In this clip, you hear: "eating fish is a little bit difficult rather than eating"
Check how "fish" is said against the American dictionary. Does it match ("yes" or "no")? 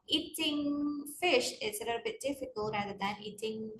yes